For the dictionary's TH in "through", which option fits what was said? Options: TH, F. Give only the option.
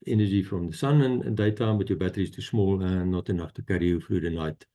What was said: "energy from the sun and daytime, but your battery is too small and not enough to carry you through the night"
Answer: F